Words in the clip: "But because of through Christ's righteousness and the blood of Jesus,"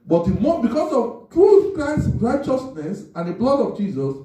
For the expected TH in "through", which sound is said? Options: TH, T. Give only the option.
T